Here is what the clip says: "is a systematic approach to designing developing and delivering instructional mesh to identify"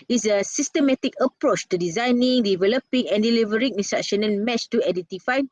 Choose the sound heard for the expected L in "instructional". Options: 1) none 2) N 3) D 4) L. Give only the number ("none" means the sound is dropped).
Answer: 2